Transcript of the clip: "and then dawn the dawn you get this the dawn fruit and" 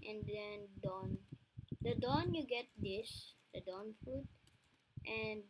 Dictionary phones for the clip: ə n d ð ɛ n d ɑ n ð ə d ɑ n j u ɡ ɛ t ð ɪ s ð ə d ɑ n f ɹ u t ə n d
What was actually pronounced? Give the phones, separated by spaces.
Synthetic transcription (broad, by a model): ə n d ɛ n d ɑ n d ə d ɑ n j u ɡ ɛ t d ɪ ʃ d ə d ɑ n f u t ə n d